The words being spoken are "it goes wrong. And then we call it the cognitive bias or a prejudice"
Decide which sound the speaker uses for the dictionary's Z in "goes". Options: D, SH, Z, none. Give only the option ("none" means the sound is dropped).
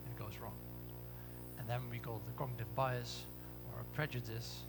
Z